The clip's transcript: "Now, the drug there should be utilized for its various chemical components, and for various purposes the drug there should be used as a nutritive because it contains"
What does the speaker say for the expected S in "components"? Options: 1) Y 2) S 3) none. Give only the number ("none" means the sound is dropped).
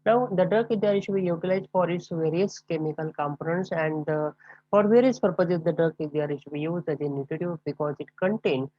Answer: 2